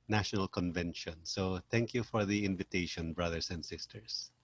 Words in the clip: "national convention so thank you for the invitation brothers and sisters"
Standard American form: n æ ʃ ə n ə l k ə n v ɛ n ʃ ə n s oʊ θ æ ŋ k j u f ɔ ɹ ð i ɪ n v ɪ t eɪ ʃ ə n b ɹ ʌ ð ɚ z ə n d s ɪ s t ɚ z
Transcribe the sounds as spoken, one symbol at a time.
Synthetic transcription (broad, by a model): n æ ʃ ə n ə l k ə n v ɛ n ʃ ə n s oʊ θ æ ŋ k j u f ɔ ɹ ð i ɪ n v ɪ t eɪ ʃ ə n b ɹ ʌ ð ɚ s ə n d s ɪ s t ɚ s